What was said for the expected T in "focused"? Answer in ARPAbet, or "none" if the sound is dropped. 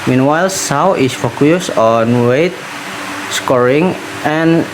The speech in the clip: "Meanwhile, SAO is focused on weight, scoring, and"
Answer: none